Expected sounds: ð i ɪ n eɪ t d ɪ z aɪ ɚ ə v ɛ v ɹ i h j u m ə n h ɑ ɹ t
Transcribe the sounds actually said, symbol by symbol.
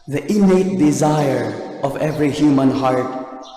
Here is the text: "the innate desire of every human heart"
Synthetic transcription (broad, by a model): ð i ɪ n eɪ t d ɪ z aɪ ɚ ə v ɛ v ɹ i h j u m ə n h ɑ ɹ t